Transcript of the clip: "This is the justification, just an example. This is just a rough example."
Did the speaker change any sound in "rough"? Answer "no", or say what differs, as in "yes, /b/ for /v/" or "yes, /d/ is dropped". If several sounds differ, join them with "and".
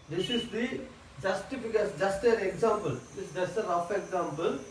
yes, /f/ is dropped